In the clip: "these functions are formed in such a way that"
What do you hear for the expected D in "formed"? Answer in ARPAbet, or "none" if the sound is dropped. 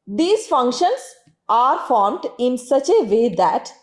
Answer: D